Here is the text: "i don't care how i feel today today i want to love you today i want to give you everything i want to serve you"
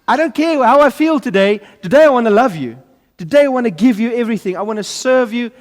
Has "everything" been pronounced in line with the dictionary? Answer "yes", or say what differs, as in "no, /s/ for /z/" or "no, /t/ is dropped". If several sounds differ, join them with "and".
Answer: yes